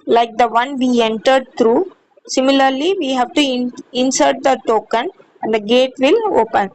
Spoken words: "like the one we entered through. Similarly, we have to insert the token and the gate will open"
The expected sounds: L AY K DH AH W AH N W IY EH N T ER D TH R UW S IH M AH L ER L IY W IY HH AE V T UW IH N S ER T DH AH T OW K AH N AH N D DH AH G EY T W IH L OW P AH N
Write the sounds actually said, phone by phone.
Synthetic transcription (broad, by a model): L AY K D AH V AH N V IY EH N T ER D T R UW S IH M AH L ER L IY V IY HH AE V T UW IH N S ER T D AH T OW K AH N AH N D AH G EY T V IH L OW P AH N